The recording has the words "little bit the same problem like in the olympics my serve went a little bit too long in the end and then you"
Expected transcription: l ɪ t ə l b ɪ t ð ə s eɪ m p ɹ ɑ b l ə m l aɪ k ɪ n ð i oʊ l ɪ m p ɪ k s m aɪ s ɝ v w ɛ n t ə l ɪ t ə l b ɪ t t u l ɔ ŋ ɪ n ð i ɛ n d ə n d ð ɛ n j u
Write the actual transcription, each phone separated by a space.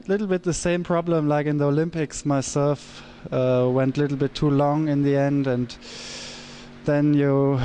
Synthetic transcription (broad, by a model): l ɪ t l b ɪ t ð ə s eɪ m p ɹ ɑ b l ə m l aɪ k ɪ n ð i oʊ l ɪ m p ɪ k s m aɪ s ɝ f w ɛ n t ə l ɪ t l b ɪ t t u l ɔ ŋ ɪ n ð i ɛ n d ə n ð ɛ n j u